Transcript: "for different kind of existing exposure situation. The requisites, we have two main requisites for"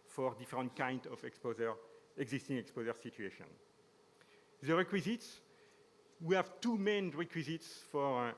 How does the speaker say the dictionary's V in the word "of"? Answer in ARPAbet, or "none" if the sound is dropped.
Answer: P